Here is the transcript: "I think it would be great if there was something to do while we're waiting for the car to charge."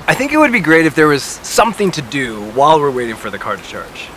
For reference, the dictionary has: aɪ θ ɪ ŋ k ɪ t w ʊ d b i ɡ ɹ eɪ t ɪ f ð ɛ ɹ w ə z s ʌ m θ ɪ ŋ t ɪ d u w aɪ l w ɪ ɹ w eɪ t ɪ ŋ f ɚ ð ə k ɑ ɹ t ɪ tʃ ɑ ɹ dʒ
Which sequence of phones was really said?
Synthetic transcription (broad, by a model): aɪ θ ɪ ŋ k ɪ t w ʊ d b i ɡ ɹ eɪ t ɪ f ð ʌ ɹ w ə z s ʌ m θ ɪ ŋ t ɪ d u w aɪ l w ɪ ɹ w eɪ t ɪ ŋ f ɚ ð ə k ɑ ɹ t ɪ tʃ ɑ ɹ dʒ